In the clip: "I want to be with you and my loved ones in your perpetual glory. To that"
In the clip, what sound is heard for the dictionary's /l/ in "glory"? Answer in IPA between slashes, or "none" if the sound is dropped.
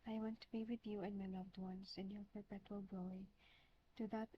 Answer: none